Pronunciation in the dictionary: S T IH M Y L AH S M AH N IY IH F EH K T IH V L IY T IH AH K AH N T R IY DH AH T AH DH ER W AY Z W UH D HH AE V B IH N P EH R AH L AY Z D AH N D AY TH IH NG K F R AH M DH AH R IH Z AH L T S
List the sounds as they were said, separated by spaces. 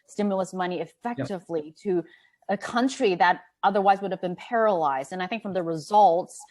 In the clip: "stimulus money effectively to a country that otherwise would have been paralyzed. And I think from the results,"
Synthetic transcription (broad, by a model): S T IH M Y L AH S M AH N IY IH F EH K T IH V L IY T IH AH K AH N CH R IY DH AH T AH DH ER W AY Z W UH D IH V B IH N P EH R AH L AY Z D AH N AY TH IH NG K F R AH M DH AH R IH Z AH L T S